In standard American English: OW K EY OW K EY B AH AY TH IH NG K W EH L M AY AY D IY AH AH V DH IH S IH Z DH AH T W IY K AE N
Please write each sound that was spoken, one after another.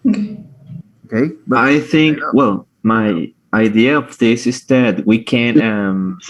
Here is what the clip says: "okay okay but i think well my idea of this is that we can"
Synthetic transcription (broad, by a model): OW K EY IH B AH AY TH IH NG K W EH L M AY AY D IY AH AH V DH IH S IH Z DH AH T W IY K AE N